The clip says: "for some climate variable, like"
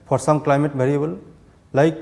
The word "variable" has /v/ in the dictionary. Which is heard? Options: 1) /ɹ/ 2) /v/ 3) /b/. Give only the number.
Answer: 3